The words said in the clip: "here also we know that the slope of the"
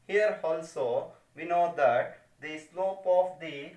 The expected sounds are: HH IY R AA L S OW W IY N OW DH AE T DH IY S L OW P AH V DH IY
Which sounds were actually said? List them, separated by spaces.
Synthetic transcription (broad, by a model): HH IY R AA L S OW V IY N OW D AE T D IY S L OW P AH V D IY